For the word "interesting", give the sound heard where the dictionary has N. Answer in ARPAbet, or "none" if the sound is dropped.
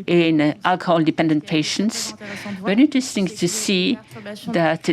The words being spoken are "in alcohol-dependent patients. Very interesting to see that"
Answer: N